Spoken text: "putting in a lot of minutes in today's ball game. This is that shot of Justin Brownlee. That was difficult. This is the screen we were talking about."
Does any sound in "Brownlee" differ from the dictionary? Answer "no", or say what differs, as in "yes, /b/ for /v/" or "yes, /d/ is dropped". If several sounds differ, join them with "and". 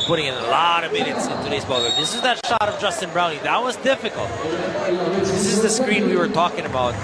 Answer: yes, /l/ is dropped